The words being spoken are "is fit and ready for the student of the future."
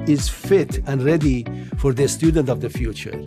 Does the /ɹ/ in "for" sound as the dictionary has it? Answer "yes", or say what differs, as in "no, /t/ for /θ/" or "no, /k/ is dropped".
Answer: yes